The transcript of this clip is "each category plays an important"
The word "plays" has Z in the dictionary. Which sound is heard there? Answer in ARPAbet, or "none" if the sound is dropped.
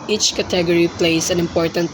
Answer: S